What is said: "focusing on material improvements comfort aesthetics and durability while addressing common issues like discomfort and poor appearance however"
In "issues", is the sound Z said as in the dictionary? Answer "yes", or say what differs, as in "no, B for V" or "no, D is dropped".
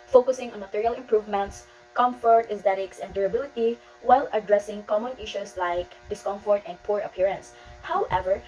no, S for Z